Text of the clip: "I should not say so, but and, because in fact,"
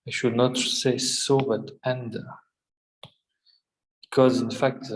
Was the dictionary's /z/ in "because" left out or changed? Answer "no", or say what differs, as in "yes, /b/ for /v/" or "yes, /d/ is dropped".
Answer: no